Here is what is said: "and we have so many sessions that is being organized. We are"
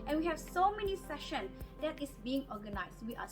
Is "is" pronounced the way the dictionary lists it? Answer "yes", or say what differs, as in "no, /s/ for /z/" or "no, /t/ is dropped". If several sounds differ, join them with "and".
no, /s/ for /z/